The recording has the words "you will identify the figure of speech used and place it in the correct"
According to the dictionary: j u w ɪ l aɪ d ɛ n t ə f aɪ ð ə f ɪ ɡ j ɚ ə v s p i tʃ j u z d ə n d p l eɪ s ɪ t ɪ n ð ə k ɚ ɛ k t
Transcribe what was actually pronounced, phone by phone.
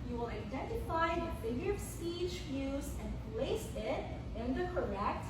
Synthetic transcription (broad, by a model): j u w ɪ l aɪ d ɛ n t ə f aɪ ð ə f ɪ ɡ j ɚ ə v s p i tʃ j u z ə n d p l eɪ s ɪ t ɪ n ð ə k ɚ ɛ k t